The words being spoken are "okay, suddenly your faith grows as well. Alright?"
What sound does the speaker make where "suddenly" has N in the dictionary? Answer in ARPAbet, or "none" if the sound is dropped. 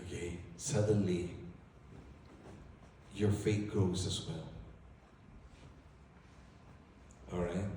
N